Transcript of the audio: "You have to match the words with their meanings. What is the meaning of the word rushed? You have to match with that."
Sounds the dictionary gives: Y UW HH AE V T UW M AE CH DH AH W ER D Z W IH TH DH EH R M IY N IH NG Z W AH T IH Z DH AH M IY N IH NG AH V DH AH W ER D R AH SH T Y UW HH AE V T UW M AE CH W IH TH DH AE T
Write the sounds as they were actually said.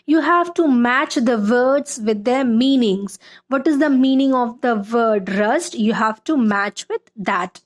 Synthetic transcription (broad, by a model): Y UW HH AE V T UW M AE CH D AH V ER D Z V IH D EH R M IY N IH NG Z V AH T IH Z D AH M IY N IH NG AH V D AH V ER D R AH S T Y UW HH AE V T UW M AE CH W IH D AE T